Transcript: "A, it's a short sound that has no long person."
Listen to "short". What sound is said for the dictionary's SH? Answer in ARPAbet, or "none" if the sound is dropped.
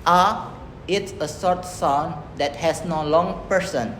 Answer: S